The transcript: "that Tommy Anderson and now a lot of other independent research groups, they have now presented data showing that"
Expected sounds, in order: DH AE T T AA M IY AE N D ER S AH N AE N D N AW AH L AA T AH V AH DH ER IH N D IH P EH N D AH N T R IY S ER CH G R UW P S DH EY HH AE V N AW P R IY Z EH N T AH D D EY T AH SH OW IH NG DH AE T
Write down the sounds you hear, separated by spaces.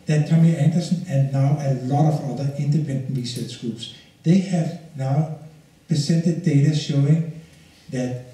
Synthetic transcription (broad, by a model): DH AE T T AA M IY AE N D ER S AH N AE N N AW AH L AA T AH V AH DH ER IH N D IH P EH N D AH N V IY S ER S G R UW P S DH EY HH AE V N AW P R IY S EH N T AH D D EY T AH SH OW IH NG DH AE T